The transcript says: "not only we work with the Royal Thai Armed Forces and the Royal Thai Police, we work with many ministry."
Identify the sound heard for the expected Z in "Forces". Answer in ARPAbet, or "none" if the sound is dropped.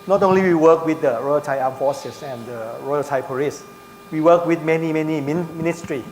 S